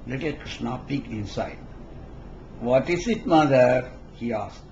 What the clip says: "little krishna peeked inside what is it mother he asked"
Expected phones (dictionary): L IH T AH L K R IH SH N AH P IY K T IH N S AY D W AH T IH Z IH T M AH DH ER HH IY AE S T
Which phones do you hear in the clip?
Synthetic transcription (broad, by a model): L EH T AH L K R IH SH N AH P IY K IH N S AY D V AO T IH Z IH T M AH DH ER HH IY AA S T